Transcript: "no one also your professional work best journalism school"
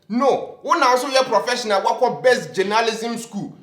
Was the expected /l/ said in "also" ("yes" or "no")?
no